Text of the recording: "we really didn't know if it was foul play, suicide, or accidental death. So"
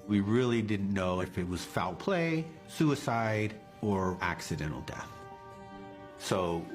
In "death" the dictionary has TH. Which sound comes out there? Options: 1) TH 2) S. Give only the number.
1